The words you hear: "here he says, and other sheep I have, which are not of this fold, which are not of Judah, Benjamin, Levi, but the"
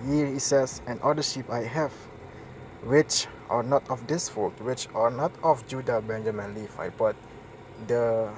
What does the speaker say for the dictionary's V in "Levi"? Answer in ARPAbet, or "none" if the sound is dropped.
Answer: F